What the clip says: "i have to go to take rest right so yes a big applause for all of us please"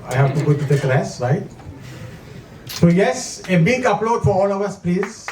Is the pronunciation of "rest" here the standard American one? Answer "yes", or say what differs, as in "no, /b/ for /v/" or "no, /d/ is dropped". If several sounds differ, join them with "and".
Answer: no, /l/ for /ɹ/